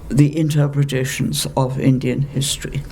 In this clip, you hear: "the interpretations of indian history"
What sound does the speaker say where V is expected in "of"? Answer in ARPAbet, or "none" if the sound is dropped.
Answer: V